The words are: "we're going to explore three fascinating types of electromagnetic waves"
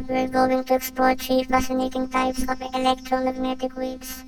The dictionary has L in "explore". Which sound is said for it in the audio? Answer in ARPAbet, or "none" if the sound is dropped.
none